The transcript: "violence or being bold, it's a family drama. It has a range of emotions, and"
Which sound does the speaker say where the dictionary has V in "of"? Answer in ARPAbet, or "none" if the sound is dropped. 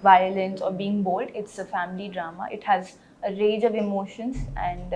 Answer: V